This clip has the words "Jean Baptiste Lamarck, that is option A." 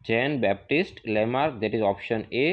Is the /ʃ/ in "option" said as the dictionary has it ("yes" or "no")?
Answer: yes